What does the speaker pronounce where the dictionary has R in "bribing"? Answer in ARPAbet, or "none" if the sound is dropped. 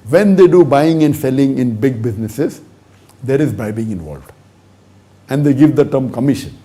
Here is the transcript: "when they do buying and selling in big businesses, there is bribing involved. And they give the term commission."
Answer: none